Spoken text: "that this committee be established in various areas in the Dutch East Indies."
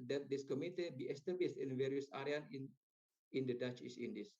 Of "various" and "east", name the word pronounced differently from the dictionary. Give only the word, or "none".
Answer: east